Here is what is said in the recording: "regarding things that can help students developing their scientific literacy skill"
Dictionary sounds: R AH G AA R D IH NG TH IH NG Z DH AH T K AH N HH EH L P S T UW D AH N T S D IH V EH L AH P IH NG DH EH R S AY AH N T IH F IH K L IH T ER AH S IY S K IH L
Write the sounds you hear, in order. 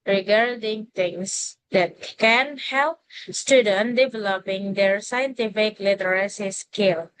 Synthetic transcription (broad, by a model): R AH G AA R D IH NG T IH NG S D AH T K AH N HH EH L P S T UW D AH N D IH V EH L AH P IH NG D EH R S AY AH N T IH F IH K L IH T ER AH S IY S K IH L